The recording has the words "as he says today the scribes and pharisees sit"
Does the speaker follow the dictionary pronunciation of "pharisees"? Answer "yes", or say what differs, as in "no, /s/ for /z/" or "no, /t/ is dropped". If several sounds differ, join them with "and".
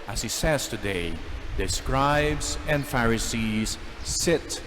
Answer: yes